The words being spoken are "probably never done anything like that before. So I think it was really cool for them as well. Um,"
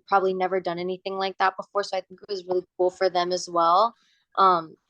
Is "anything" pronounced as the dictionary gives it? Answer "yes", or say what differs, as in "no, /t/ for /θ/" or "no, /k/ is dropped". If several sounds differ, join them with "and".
yes